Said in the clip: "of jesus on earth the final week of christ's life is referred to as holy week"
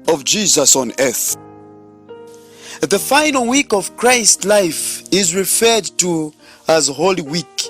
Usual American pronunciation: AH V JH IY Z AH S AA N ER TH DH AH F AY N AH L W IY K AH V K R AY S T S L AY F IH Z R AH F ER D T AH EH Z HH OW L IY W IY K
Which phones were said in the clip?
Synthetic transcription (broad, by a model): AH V JH IY Z AH S AA N ER TH DH AH F AY N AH L W IY K AH V K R AY S T L AY F IH Z R AH F ER D T AH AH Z HH OW L IY W IY K